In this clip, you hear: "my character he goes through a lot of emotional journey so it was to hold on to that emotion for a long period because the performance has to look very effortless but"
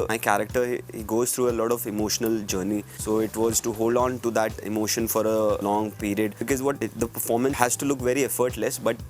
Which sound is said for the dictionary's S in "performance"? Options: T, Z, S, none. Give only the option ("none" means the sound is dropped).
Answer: none